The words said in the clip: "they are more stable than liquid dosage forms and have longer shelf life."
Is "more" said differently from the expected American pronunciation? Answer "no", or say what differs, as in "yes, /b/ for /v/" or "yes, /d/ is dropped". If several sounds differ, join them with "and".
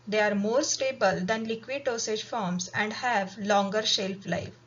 no